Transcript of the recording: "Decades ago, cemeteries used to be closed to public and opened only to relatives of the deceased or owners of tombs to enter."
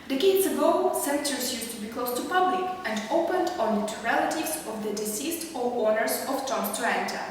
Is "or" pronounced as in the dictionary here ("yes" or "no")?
no